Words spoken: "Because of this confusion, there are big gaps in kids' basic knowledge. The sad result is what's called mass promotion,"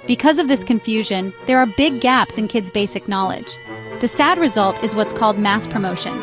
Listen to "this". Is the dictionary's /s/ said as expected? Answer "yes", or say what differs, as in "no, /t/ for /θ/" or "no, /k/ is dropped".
yes